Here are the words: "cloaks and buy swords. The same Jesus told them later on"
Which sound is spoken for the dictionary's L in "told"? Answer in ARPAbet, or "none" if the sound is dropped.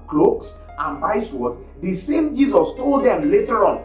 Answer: L